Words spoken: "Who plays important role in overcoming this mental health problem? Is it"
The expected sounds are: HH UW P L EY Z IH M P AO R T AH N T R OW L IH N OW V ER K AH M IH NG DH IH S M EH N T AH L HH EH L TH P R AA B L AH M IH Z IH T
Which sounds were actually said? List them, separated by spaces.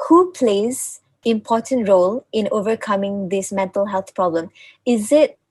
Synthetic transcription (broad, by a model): HH UW P L EY Z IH M P AO T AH N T R OW L IH N OW V ER K AH M IH NG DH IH S M EH N T AH L HH EH L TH P R AA B L AH M IH Z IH T